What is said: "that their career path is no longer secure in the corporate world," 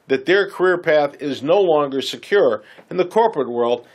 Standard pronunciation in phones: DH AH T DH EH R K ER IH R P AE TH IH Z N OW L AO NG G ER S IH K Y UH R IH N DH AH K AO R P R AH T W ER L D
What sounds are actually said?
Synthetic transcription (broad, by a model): DH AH T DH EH R K ER IH R P AE TH IH Z N OW L AO NG G ER S IH K Y UH R IH N DH AH K AO R P R AH T W ER L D